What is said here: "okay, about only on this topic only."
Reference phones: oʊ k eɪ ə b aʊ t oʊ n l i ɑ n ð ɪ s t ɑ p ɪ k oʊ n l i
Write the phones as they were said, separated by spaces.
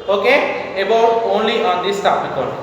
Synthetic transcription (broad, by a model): oʊ k eɪ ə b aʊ oʊ n l i ɑ n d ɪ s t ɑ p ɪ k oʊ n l